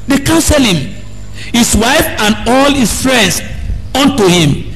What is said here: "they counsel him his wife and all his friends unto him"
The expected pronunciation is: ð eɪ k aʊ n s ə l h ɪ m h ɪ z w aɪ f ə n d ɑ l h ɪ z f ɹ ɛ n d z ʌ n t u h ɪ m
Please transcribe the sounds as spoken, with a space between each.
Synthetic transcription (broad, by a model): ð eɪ k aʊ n s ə l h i m h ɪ s w aɪ f ə n d ɑ l h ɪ s f ɹ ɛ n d s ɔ n t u h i m